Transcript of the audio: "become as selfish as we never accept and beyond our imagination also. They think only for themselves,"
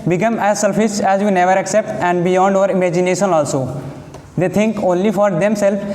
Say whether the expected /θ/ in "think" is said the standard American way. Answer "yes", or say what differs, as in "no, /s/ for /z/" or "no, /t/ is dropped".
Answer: no, /t/ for /θ/